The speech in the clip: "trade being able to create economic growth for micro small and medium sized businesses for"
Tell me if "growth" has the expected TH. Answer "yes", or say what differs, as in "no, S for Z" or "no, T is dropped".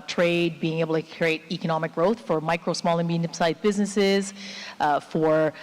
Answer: yes